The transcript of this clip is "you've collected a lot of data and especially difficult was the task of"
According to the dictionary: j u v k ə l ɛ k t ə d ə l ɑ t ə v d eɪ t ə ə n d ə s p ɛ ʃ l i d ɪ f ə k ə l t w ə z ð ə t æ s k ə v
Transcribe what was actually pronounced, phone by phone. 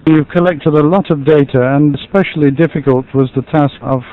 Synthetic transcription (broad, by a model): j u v k ə l ɛ k t ə d ə l ɑ t ə v d eɪ t ə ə n ə s p ɛ ʃ l i d ɪ f ə k ə l t w ə z ð ə t æ s k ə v